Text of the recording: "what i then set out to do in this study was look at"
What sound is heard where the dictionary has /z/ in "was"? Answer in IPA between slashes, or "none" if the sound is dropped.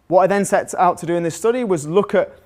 /z/